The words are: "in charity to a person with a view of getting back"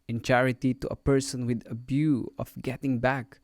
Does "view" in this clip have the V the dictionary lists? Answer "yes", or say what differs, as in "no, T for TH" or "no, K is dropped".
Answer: no, B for V